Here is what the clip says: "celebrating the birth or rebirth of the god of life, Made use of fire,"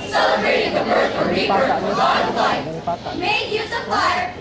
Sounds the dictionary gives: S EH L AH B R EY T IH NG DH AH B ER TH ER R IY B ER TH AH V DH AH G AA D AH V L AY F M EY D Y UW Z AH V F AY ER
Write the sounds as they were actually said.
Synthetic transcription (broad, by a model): S EH L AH B R EY T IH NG DH AH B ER S ER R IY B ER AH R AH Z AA AH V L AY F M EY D Y UW Z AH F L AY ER